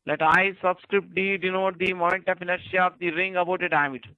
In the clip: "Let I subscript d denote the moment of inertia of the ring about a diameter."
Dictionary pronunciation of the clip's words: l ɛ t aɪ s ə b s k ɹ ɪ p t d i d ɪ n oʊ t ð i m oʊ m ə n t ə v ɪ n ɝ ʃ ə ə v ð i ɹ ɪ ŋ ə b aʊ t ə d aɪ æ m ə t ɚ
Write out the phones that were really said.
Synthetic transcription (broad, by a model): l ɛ t aɪ s ə b s k ɹ ɪ p t d i d ɪ n oʊ t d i m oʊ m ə n t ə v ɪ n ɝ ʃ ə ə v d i ɹ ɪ ŋ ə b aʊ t ə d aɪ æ m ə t